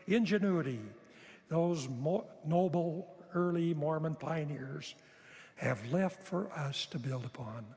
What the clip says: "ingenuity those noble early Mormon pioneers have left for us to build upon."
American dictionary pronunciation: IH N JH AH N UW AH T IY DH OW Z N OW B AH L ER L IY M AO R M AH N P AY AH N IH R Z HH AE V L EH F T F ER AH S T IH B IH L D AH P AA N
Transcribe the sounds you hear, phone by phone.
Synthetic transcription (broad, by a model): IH N JH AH N UW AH T IY DH OW Z N OW B L ER L IY M AO R M AH N P AY AH N IH R Z HH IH V L EH F T F ER AH S T IH B IH L D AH P AA N